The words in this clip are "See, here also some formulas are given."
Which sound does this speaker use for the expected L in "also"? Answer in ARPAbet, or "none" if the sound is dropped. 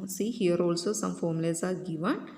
L